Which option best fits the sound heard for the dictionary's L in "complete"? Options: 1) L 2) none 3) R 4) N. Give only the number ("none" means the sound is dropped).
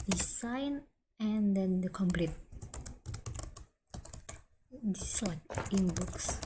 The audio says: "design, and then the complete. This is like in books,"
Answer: 1